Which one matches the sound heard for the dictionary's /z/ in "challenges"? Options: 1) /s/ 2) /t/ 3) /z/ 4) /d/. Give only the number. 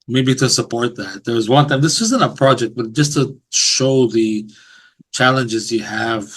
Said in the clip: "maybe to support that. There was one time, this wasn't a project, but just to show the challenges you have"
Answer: 3